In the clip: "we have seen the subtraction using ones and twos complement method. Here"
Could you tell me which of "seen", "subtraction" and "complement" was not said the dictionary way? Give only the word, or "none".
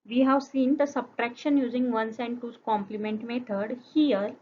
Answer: none